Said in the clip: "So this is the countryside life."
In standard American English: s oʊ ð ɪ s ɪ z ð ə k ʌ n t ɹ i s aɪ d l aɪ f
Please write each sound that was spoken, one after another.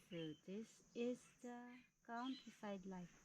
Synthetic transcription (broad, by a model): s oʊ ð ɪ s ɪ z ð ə k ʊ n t i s aɪ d l aɪ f